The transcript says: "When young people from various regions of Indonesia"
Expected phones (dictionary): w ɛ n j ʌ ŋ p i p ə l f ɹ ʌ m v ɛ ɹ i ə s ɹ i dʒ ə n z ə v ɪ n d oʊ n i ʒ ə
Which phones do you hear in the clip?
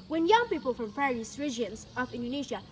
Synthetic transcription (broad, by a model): w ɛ n j ʌ ŋ p i p ə l f ɹ ʌ m p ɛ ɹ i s ɹ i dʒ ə n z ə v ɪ n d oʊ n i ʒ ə